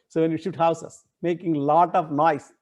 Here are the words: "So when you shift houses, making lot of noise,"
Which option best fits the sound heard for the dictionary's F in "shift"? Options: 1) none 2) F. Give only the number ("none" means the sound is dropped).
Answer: 1